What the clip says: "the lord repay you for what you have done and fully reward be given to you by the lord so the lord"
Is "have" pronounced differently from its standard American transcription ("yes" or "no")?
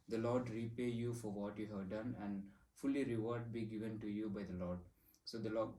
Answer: no